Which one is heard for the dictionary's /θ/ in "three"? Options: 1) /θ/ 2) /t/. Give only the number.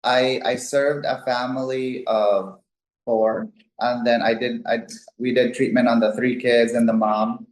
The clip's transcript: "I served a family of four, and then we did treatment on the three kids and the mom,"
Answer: 1